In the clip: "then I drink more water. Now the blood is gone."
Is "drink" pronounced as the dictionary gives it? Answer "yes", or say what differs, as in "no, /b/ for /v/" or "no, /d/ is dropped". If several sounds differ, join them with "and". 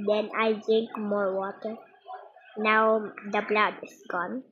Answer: yes